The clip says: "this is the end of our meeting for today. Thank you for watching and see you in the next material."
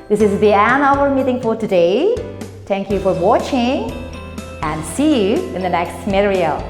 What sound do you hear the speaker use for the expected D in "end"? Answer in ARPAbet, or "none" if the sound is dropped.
none